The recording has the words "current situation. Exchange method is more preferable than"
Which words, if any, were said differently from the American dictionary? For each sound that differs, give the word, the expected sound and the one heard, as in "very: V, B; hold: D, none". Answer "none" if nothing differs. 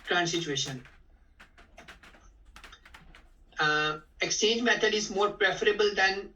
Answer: method: TH, T